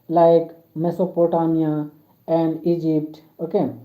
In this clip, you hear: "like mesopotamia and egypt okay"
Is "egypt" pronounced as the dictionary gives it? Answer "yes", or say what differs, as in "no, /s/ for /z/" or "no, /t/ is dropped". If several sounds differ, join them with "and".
yes